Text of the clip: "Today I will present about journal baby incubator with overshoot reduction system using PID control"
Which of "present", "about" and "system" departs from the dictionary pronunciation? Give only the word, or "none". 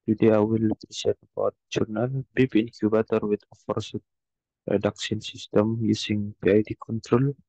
present